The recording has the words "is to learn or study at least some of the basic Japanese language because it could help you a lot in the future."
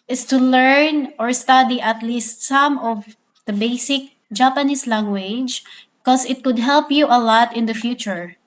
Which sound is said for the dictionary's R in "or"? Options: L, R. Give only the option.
R